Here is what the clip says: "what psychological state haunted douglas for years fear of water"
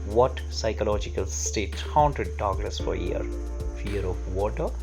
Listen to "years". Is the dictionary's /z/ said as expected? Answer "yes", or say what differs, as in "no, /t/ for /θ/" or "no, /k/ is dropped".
no, /z/ is dropped